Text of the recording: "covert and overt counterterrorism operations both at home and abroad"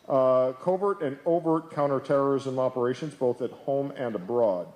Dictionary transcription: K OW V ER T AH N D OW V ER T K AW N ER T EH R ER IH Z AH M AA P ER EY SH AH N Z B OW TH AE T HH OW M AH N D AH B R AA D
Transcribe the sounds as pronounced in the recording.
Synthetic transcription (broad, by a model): K OW V ER T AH N OW V ER T K AW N ER T EH R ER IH Z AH M AA P ER EY SH AH N Z B OW TH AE T HH OW M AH N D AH B R AA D